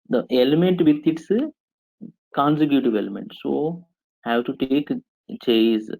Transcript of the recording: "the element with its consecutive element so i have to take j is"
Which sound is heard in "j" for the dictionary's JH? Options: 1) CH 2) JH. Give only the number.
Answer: 1